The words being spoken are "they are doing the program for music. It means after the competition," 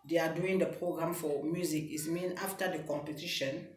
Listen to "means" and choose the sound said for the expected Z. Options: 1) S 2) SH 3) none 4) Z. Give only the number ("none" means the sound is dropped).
3